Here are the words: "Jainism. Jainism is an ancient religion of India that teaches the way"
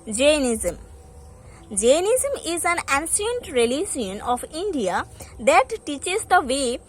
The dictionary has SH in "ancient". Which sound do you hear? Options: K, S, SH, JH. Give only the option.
S